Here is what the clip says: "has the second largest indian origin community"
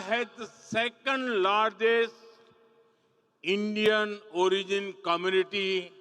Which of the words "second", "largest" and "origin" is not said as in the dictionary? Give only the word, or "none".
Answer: largest